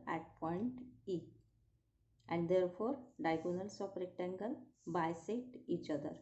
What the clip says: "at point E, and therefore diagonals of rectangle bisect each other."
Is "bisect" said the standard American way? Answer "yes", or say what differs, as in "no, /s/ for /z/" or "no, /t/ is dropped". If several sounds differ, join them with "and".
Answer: no, /k/ is dropped